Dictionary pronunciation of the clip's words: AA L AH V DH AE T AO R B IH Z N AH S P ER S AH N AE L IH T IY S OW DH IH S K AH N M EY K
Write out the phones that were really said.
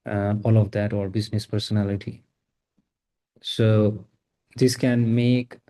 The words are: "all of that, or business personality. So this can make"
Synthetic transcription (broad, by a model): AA L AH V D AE T AO R B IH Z N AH S P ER S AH N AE L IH T IY S OW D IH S K AH N M EY K